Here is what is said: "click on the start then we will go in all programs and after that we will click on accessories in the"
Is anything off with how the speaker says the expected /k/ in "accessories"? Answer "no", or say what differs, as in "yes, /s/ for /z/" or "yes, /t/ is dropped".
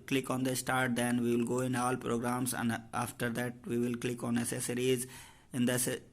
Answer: yes, /k/ is dropped